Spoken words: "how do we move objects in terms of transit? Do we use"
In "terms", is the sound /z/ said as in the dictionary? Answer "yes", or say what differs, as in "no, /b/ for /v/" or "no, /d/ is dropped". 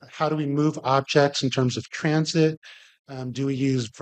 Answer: yes